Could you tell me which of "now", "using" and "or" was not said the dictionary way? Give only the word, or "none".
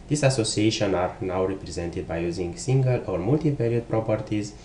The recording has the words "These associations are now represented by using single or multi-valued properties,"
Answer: none